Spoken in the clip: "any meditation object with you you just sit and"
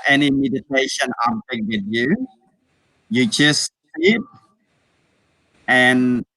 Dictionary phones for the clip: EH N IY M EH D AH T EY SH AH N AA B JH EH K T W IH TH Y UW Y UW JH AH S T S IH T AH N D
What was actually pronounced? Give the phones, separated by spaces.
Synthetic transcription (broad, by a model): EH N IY M EH D AH T EY SH AH N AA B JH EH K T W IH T Y UW Y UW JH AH S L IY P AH N